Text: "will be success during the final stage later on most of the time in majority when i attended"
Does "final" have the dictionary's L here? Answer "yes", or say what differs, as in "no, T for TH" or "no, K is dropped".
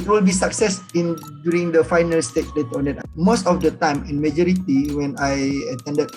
yes